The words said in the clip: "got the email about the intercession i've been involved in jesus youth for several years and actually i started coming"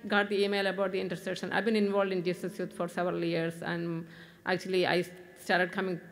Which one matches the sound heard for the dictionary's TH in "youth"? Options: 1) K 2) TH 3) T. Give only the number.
3